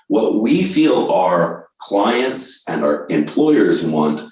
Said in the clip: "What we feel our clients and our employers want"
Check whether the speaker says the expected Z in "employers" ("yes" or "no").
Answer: yes